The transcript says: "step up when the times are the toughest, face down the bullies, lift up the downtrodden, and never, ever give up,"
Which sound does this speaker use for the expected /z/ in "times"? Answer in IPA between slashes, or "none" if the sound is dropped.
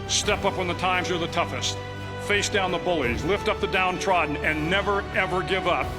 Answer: /z/